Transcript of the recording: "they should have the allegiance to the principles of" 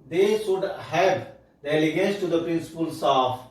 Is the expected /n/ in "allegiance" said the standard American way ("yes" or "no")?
no